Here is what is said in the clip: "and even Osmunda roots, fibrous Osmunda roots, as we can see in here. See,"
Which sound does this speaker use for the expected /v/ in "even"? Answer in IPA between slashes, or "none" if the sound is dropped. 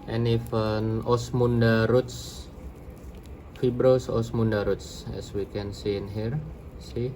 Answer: /f/